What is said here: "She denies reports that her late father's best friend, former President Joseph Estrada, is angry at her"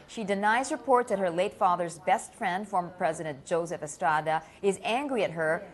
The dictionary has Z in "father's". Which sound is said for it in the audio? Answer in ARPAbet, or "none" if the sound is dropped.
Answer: Z